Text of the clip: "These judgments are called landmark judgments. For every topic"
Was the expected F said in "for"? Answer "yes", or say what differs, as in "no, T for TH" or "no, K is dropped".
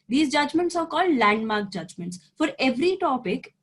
yes